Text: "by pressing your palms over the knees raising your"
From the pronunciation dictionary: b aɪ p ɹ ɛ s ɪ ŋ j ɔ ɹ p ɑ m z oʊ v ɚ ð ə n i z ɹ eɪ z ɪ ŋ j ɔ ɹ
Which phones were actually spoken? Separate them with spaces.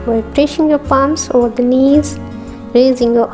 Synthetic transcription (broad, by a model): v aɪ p ɹ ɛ ʃ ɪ ŋ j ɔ p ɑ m s oʊ v ɚ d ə n i z ɹ eɪ z ɪ ŋ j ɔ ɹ